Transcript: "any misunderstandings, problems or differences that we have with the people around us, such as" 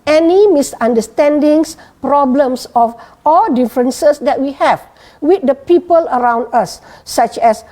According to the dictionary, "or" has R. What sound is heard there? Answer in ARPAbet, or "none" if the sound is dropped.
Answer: L